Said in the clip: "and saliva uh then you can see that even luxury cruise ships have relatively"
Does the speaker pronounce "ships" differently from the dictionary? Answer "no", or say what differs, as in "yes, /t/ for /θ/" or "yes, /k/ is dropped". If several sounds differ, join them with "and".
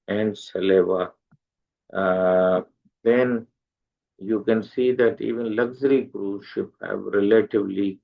yes, /s/ is dropped